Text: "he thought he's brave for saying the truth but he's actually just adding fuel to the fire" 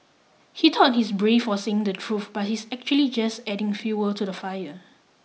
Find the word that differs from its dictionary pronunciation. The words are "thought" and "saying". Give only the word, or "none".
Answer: thought